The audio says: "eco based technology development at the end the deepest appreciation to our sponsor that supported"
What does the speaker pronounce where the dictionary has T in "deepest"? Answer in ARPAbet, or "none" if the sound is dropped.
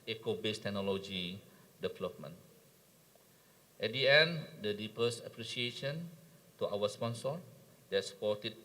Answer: none